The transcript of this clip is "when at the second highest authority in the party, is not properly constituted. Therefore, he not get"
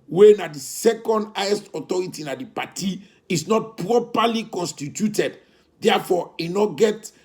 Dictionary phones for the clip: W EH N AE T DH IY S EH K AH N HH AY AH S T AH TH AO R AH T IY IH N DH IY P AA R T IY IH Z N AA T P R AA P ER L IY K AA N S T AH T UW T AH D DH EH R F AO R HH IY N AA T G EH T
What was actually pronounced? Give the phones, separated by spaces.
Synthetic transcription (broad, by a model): W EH N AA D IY S EH K AH N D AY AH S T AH T AO R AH T IY N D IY P AA T IY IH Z N AA T P R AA P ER L IY K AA N S T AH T UW T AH D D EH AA F AO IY N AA G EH T